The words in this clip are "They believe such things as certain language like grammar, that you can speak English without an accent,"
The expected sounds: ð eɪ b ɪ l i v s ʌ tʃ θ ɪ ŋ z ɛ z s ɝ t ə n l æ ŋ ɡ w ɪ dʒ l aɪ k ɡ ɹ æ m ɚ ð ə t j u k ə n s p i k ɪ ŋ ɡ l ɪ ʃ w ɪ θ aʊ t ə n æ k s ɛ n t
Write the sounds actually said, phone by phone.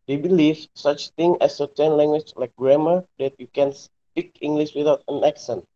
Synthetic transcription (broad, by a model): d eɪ b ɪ l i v s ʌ tʃ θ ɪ ŋ ɛ s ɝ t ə n l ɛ ŋ ɡ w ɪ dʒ l aɪ k ɡ ɹ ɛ m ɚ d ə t j u k ə n s p i k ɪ ŋ ɡ l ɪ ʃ w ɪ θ aʊ t ə n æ k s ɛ n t